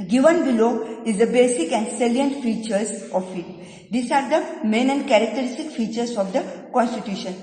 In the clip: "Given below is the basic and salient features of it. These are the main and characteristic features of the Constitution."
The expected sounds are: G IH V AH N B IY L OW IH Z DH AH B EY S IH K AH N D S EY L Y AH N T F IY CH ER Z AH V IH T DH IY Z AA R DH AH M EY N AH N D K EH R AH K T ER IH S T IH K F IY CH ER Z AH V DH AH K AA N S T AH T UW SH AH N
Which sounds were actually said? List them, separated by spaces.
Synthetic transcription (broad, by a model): G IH V AH N B IY L OW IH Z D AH B EY S IH K AH N D S EY L Y AH N T F IY CH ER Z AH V IH T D IY S AA R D AH M EY N AH N D K EH R AH K T ER IH S T IH K F IY CH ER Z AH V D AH K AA N S T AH T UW SH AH N